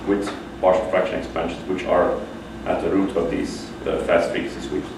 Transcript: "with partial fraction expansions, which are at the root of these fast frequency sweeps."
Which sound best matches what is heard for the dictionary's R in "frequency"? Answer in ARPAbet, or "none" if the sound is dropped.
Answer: none